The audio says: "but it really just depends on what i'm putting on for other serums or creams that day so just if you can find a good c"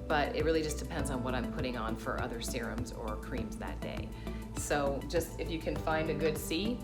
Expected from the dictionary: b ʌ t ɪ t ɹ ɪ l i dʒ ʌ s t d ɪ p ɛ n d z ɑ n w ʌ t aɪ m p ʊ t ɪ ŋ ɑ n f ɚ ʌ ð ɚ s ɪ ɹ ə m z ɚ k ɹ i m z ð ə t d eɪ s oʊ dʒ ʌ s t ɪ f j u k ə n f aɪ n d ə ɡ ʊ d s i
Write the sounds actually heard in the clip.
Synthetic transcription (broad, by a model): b ʌ t ɪ t ɹ ɪ l i dʒ ʌ s d ɪ p ɛ n d z n w ʌ t aɪ m p ʊ t ɪ ŋ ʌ n f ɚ ʌ ð ɚ s ɪ ɹ ə m z ɚ k ɹ i m z ð ə t d eɪ s oʊ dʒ ʌ s t ɪ f j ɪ k ə n f aɪ n d ə ɡ ʊ d s i